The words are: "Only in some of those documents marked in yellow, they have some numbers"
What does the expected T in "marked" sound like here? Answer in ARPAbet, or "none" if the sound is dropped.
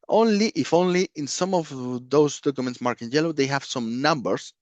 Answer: none